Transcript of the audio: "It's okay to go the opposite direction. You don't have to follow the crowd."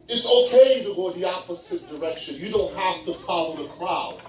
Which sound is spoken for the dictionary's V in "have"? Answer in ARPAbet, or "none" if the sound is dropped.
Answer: F